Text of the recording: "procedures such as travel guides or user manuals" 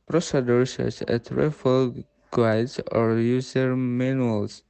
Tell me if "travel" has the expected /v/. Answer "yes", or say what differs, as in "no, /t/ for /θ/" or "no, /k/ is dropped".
no, /f/ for /v/